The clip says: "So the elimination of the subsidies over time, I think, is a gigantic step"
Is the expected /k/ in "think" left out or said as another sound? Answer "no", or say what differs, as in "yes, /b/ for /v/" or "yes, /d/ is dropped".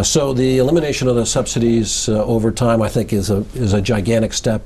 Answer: no